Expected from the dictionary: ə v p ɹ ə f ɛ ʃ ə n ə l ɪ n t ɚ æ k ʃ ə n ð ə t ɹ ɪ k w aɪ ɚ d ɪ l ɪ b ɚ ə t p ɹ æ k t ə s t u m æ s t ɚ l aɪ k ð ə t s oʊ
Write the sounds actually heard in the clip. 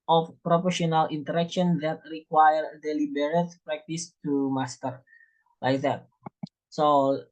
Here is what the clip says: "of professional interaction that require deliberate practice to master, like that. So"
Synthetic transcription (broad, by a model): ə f p ɹ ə p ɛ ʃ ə n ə l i n t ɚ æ k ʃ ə n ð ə t ɹ ɪ k w aɪ ɚ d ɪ l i b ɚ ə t p ɹ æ k t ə s t u m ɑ s t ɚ l aɪ k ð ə t s oʊ